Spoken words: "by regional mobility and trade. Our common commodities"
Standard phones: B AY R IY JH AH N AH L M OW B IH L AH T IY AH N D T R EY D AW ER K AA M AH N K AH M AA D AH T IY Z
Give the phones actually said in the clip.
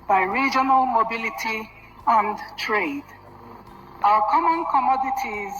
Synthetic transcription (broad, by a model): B AY R IY JH AH N AH L M OW B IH L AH T IY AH N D T R EY D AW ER K AA M AH N K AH M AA D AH T IY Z